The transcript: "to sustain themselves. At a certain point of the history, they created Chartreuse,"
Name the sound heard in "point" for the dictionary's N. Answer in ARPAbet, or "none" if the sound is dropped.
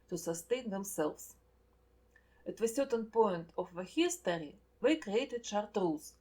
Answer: N